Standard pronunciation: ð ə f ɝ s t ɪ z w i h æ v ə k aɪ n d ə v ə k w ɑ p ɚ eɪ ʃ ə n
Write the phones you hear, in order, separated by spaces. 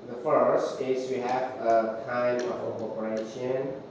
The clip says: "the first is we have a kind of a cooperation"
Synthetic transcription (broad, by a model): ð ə f ɝ s t ɪ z w i h æ v ə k aɪ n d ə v ə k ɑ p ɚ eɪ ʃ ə n